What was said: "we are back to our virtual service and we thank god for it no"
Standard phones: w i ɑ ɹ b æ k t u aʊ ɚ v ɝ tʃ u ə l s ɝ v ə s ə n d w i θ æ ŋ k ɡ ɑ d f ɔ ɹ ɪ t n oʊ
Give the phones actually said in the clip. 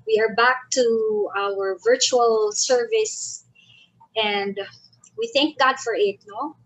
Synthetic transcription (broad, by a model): w i ɑ ɹ b æ k t u aʊ ɚ v ɝ tʃ u ə l s ɝ v ə s ə n d w i θ æ ŋ k ɡ ɑ d f ɔ ɹ ɪ t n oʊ